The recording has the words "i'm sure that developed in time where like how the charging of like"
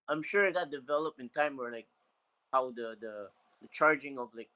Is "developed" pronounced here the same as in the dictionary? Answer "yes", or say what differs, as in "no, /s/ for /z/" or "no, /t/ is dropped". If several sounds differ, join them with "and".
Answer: no, /t/ is dropped